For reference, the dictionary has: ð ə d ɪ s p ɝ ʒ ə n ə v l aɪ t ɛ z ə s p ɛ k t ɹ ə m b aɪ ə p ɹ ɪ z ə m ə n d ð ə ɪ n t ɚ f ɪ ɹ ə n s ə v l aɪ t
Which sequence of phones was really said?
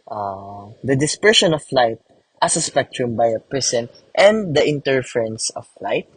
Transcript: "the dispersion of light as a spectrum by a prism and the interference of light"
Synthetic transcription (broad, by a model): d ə d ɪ s p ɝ ʃ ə n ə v l aɪ t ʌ s ə s p ɛ k t ɹ ə m b aɪ ə p ɹ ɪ s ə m ə n d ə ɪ n t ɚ f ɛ ɹ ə n s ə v l aɪ t